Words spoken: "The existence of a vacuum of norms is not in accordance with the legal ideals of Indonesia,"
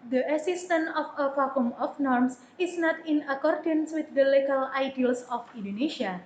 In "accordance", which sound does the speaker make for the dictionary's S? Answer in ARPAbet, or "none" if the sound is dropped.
S